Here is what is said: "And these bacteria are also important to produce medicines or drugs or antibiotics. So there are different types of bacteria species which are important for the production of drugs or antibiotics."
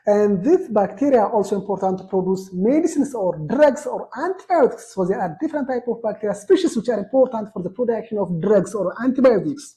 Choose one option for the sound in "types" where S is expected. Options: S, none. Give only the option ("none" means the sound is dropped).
none